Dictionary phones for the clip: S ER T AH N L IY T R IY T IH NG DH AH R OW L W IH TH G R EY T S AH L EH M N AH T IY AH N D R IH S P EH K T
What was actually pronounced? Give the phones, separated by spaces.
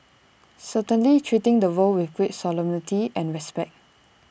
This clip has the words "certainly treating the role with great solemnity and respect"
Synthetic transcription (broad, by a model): S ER T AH N L IY T R IY T IH NG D AH W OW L W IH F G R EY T S AH L EH M N AH T IY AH N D R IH S P EH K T